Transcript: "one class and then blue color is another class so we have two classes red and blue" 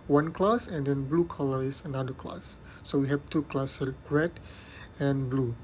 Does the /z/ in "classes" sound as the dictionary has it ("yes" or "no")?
no